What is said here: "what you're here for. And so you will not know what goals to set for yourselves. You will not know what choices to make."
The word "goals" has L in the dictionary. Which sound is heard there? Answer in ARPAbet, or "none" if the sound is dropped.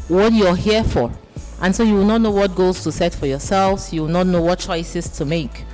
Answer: none